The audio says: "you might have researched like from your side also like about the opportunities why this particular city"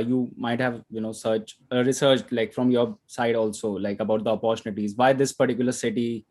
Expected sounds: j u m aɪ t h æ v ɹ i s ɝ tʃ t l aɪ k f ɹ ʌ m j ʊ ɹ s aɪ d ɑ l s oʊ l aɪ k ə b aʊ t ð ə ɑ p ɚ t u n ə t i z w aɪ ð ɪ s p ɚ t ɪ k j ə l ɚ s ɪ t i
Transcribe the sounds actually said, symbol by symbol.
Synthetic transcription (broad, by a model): j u m aɪ t h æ v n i s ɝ s t l aɪ k f ɹ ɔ m j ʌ ɹ s aɪ d ɑ l s oʊ l aɪ k ə b aʊ t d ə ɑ p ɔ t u n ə t i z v aɪ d ɪ s p ɚ t ɪ k j ə l ɚ s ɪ t i